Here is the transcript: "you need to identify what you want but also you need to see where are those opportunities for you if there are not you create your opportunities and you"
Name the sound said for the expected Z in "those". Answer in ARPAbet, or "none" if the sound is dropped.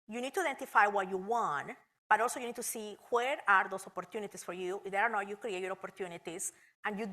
S